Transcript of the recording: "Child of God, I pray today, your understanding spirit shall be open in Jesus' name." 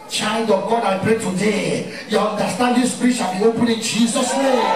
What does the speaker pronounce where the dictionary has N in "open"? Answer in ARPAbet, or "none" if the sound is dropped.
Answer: L